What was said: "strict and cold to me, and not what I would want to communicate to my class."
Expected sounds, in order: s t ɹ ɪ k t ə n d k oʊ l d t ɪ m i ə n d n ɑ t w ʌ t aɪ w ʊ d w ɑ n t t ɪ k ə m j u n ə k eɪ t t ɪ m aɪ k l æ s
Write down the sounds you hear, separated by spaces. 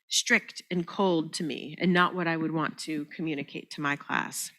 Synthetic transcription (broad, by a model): s t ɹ ɪ k t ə n k oʊ l d t ɪ m i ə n n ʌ t w ʌ t aɪ w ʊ d w ɑ n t t ɪ k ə m j u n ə k eɪ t t ɪ m aɪ k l æ s